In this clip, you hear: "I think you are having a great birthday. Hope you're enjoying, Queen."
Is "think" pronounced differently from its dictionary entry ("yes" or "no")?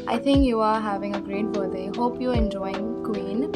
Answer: yes